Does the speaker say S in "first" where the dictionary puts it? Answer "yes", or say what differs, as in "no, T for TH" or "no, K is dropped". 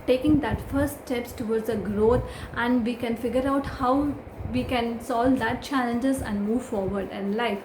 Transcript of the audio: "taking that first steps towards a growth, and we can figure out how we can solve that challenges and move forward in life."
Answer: no, S is dropped